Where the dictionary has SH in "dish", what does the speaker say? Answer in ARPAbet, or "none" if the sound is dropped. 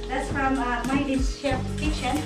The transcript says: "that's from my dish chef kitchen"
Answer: S